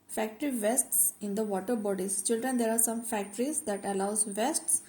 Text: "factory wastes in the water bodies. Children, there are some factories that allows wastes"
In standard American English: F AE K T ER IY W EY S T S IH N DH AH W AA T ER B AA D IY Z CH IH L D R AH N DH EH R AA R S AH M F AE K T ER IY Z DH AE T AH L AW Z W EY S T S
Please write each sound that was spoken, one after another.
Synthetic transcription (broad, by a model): F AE K T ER IY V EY S T S IH N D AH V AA T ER B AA D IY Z CH IH L D R AH N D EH R AA R S AH M F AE K T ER IY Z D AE T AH L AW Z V EY S T S